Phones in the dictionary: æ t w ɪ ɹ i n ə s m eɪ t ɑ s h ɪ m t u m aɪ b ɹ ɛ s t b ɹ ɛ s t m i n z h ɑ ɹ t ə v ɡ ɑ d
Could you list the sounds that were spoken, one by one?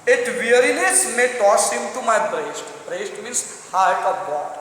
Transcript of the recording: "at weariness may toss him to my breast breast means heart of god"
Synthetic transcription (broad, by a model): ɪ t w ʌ ɹ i n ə s m eɪ t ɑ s h ɪ m t u m aɪ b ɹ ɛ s t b ɹ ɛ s t m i n s h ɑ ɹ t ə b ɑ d